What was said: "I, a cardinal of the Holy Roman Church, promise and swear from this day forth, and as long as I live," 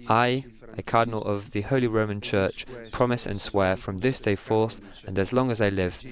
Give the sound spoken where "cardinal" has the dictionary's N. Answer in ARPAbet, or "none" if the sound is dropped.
N